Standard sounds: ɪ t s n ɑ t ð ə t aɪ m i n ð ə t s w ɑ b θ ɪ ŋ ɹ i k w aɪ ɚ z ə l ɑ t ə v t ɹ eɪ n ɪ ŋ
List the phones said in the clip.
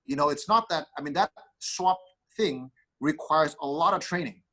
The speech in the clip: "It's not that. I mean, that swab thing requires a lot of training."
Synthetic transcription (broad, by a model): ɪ t s n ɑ t ð ə t aɪ m i n ð ə t s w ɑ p θ ɪ ŋ ɹ i k w aɪ ɚ z ə l ɑ t ə v t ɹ eɪ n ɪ ŋ